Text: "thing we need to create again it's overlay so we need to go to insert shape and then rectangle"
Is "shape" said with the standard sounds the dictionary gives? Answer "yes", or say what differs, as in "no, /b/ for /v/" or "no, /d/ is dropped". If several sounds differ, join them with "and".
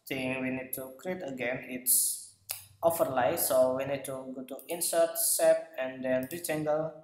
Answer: no, /s/ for /ʃ/